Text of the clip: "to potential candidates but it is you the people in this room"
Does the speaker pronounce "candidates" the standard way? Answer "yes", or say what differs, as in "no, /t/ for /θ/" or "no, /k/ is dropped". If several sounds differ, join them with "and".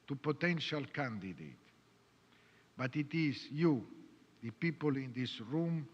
no, /s/ is dropped